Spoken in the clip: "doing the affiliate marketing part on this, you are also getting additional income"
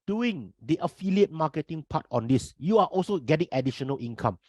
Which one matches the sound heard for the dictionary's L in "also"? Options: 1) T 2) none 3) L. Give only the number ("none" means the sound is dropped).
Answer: 3